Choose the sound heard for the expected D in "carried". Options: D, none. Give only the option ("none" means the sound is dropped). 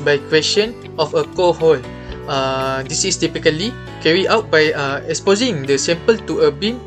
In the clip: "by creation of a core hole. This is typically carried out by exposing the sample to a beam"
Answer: none